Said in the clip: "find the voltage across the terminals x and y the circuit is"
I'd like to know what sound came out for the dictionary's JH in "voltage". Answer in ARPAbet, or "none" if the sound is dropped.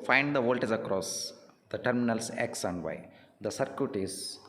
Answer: Z